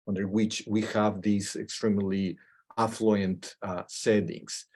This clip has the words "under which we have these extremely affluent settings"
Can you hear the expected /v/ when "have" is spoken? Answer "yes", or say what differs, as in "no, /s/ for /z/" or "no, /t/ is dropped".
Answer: yes